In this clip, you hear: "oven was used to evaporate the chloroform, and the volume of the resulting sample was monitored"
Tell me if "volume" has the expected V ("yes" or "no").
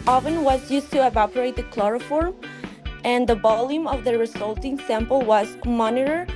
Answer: no